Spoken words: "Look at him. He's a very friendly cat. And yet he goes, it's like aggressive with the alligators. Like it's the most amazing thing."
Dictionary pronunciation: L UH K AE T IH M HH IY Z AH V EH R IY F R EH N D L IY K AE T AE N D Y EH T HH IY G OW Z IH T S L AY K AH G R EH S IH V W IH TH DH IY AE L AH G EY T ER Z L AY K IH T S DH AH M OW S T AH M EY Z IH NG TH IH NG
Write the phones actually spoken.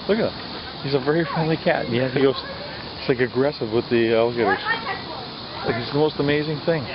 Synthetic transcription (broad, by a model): L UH K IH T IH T HH IY Z AH V EH R IY F R EH N D L IY K AE T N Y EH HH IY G OW IH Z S L AY K AH G R EH S IH V W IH DH IY AE L AH G EY T ER Z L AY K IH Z DH AH M OW S T AH M EY Z IH NG TH IH NG